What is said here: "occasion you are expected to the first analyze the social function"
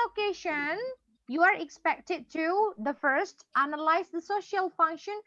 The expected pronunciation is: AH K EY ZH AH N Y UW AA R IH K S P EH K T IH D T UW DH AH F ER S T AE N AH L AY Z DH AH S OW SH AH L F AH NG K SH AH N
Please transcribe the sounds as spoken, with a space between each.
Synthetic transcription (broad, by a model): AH K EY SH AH N Y UW AA R IH K S P EH K T IH D T UW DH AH F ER S T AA N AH L AY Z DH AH S OW SH AH L F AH NG K SH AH N